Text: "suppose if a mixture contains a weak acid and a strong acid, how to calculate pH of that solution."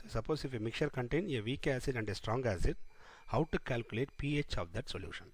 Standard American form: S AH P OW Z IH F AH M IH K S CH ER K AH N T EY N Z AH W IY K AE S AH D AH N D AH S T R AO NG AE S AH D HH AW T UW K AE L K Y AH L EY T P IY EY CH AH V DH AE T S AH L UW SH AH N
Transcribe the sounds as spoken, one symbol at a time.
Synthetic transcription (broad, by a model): S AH P OW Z IH F AH M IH K CH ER K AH N T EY N AH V IY K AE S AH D AH N D AH S T R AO NG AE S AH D HH AW T UW K AE L K Y AH L EY T P IY EY CH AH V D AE T S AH L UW SH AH N